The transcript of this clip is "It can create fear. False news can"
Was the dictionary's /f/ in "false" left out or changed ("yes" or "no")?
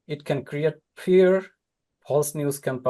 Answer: yes